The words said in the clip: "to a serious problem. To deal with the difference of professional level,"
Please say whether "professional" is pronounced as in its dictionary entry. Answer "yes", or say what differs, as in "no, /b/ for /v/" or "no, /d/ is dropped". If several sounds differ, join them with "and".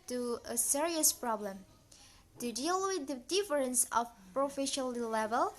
no, /l/ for /n/